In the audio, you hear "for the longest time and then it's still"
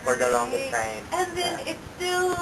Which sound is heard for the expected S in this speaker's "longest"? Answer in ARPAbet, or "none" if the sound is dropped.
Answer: none